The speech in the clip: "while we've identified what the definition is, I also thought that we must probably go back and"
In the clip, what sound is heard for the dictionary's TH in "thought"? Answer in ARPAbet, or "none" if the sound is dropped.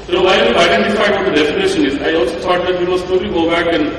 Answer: T